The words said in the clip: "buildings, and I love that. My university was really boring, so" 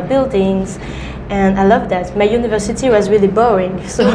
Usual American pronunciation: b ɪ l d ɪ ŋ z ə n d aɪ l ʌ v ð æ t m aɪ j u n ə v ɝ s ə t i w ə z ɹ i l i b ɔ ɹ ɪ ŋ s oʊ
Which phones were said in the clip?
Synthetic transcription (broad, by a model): b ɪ l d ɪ ŋ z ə n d aɪ l ʌ v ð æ t m aɪ j u n ə v ɝ s ə t i w ə z ɹ i l i b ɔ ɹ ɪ ŋ s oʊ